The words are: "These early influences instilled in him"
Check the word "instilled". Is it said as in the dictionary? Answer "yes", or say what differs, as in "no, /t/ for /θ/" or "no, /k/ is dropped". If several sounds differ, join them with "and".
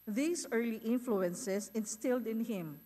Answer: yes